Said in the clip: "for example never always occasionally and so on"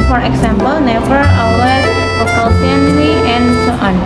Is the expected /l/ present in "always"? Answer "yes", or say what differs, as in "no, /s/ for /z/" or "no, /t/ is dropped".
no, /l/ is dropped